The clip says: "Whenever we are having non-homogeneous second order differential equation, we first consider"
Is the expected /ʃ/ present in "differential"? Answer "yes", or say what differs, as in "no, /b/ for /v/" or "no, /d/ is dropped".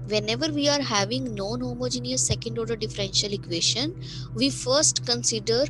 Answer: yes